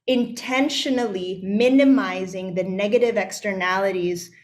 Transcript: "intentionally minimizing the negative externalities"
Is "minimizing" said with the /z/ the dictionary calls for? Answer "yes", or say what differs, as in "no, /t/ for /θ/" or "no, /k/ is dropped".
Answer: yes